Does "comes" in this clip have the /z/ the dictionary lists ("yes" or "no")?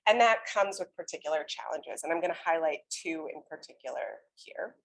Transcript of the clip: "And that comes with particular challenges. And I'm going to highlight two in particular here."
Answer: yes